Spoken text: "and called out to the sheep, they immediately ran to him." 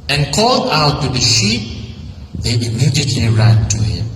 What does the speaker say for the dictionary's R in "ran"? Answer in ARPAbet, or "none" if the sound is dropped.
R